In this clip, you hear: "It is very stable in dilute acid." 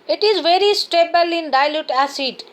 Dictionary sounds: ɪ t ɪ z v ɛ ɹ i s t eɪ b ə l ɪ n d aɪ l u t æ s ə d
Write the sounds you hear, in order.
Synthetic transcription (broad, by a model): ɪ t ɪ z v ɛ ɹ i s t eɪ b ə l ɪ n d aɪ l u t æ s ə d